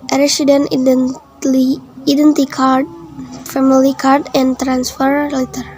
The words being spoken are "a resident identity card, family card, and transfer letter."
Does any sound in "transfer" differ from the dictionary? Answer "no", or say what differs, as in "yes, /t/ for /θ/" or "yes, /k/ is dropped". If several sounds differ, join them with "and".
no